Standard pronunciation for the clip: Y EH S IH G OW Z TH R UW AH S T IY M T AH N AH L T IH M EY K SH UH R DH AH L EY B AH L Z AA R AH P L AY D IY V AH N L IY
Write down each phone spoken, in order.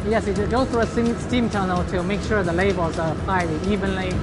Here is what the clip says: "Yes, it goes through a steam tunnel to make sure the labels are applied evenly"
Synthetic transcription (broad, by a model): Y EH S IH G OW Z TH R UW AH S T IY M T AH N AH L T IH M EY K SH UH R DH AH L EY AH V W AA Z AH P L AY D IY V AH N L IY